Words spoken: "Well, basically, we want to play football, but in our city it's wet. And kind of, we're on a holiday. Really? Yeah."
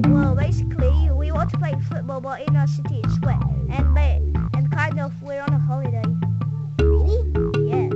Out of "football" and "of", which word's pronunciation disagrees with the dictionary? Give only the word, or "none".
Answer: of